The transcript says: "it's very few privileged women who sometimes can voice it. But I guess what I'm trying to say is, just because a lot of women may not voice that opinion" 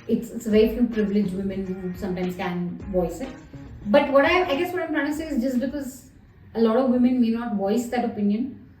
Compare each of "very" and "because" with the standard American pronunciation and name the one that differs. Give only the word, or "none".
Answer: none